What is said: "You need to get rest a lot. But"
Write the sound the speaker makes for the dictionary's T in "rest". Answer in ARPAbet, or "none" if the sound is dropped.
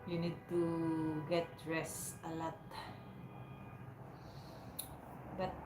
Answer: none